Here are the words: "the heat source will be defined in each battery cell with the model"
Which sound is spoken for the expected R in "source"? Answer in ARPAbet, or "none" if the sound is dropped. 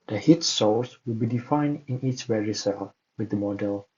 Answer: L